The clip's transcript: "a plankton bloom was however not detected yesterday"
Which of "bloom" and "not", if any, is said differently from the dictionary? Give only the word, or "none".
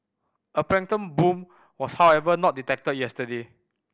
bloom